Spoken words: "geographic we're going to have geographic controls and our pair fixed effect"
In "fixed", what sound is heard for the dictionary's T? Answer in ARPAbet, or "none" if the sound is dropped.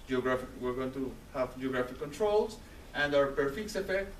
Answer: none